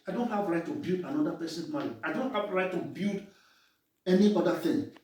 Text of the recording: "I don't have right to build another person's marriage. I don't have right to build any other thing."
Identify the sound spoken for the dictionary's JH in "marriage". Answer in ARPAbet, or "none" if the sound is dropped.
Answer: none